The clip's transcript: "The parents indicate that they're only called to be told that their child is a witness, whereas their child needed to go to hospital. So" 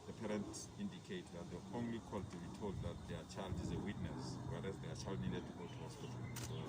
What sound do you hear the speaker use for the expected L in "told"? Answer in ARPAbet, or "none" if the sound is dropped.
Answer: L